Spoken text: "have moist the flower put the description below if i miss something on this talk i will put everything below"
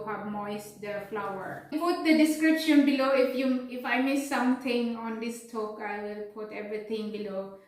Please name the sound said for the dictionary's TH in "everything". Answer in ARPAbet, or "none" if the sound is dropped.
T